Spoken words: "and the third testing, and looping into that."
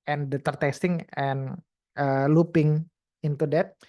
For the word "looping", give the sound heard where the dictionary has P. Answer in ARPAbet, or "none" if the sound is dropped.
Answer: P